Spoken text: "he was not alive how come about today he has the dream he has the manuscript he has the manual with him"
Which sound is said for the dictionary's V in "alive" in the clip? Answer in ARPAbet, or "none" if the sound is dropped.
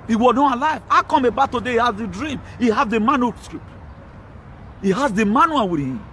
V